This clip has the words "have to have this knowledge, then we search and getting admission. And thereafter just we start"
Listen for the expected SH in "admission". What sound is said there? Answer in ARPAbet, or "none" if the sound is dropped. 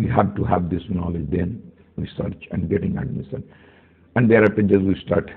S